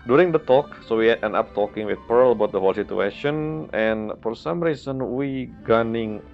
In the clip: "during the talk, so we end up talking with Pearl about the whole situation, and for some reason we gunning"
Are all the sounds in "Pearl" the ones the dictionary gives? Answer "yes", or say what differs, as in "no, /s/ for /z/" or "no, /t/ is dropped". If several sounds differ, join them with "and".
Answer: yes